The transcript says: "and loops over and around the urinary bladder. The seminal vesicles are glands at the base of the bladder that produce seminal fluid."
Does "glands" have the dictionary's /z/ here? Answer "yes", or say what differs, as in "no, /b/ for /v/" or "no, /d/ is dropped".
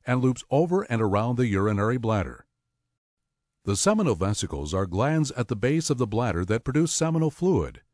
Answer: yes